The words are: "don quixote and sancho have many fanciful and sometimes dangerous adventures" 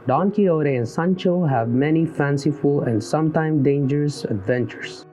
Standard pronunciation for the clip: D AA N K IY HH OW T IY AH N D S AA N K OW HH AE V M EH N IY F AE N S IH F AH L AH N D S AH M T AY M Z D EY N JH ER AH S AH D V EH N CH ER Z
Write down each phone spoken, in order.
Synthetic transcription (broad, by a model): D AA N K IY OW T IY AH N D S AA N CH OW HH AE V M EH N IY F AE N S IH F AH L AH N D S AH M T AY M D EY N JH ER AH S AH D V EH N CH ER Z